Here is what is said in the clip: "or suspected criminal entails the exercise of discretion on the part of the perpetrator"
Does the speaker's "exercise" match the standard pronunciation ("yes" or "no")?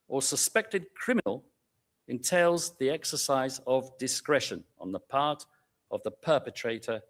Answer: yes